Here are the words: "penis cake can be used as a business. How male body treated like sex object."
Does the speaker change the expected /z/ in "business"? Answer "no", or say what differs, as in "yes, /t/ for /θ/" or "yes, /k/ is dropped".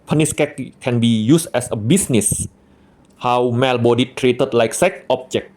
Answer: yes, /s/ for /z/